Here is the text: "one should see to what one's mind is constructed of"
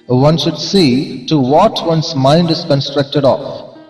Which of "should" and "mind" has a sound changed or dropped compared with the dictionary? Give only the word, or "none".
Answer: none